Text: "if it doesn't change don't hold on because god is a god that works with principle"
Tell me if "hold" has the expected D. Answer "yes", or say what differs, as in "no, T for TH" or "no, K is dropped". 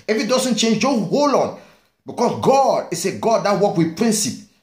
no, D is dropped